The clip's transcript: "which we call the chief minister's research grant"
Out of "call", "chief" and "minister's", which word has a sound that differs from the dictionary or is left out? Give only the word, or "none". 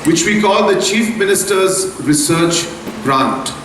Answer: none